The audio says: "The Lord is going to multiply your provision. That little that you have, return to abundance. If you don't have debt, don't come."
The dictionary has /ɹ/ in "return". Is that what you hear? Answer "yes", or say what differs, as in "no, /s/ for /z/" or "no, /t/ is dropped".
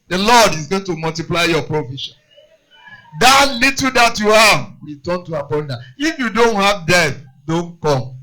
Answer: no, /w/ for /ɹ/